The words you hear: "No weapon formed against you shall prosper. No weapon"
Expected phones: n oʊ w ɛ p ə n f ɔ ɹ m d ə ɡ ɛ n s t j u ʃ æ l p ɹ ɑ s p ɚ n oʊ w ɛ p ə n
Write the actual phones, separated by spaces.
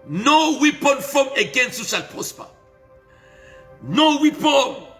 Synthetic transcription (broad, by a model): n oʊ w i p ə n f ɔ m ə ɡ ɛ n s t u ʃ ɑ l p ɑ s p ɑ n oʊ w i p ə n